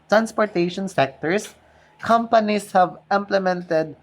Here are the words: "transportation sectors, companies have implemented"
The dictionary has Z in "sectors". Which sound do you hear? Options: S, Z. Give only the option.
S